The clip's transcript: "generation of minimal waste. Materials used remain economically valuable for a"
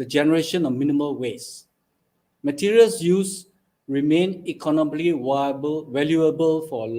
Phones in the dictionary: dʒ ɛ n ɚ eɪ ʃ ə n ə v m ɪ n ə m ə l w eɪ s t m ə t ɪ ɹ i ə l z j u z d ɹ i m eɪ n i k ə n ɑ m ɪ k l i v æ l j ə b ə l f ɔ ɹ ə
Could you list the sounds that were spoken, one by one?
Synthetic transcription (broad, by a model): dʒ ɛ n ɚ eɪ ʃ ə n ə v m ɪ n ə m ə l w eɪ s m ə t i ɹ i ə l s j u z ɹ i m eɪ n i k ə n ɑ m ɪ k l i w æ l j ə b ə l f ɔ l